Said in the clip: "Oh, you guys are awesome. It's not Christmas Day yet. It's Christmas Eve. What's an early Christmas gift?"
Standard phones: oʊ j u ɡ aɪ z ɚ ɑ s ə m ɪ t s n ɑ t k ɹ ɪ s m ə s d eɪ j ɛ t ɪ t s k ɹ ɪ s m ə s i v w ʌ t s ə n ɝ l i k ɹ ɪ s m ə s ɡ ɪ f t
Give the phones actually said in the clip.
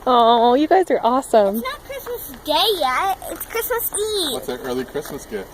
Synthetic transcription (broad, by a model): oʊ j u ɡ aɪ z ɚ ɑ s ə m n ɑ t k ɹ ɪ s m ə s d eɪ j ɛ ɪ t s k ɹ ɪ s m ə s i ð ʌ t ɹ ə l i k ɹ ɪ s m ə s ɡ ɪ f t